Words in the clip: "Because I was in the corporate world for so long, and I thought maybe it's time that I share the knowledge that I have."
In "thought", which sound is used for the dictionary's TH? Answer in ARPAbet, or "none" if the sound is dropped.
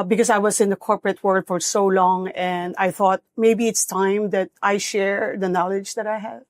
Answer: TH